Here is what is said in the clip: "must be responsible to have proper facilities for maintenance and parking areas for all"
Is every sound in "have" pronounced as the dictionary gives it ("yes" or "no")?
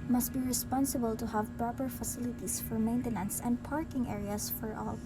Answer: yes